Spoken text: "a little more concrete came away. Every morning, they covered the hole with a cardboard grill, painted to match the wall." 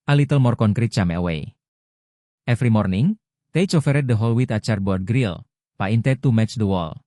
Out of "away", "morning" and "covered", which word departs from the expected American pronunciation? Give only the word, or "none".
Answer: covered